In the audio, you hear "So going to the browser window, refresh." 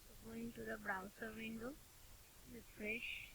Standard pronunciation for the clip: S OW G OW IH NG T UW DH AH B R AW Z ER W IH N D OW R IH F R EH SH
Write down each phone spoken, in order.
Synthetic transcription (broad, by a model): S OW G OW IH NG T UW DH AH B R AW S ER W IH N D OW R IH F R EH SH